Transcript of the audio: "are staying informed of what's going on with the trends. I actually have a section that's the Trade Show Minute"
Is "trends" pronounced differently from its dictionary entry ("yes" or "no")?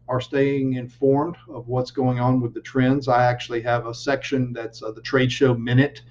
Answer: no